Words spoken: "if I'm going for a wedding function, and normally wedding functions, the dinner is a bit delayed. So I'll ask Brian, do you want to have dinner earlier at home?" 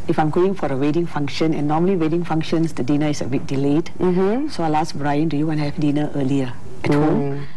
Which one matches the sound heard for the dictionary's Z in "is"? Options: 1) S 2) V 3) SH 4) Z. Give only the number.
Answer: 1